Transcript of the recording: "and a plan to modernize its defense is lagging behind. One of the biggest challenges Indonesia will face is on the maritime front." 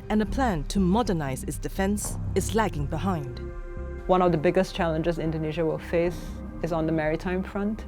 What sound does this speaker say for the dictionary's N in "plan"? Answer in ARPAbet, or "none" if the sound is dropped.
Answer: N